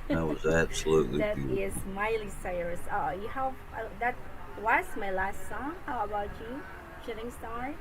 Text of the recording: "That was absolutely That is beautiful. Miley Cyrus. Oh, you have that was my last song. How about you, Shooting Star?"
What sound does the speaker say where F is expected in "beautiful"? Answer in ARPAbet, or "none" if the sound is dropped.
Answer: none